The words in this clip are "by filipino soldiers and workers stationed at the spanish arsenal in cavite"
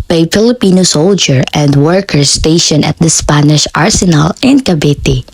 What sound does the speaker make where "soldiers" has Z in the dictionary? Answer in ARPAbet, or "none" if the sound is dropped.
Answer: none